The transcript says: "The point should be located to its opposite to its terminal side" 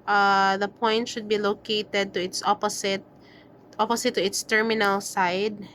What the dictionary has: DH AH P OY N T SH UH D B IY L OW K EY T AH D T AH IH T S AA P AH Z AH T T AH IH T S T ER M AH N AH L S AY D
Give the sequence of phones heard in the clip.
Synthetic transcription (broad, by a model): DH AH P OY N T SH UH D B IY L OW K EY T AH D T AH IH T S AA P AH S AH T T AH IH T S T ER M AH N AH L S AY D